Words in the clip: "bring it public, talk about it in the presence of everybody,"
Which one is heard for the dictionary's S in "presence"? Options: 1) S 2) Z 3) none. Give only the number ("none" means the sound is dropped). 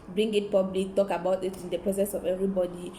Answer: 1